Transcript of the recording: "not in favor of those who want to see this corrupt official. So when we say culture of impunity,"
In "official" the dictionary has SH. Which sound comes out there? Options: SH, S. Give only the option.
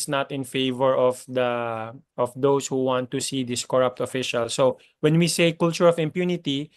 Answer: SH